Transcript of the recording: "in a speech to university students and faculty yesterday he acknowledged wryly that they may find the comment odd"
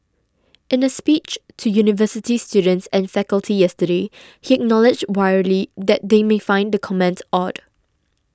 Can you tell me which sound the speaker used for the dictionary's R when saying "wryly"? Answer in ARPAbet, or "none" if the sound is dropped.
W